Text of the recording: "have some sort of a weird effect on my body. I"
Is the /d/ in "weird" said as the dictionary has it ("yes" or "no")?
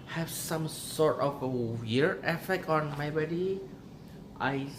no